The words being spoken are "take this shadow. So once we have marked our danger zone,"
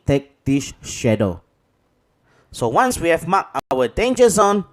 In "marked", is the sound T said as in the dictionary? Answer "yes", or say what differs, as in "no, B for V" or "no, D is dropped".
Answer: no, T is dropped